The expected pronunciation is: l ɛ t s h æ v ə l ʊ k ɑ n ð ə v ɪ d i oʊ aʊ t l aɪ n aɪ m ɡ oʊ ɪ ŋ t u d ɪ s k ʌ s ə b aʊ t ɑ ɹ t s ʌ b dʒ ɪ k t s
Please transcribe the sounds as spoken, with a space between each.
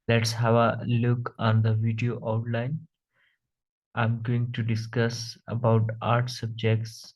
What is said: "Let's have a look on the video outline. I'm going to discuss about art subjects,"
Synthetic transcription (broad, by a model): l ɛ t s h æ v ə l ʊ k ɑ n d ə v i d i oʊ aʊ t l aɪ n aɪ m ɡ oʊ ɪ ŋ t u d ɪ s k ʌ s ə b aʊ t ɑ ɹ t s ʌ b dʒ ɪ k t s